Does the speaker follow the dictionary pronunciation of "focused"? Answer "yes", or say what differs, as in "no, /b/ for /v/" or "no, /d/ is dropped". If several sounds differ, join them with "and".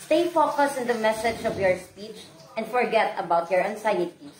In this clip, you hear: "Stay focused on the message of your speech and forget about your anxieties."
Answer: no, /t/ is dropped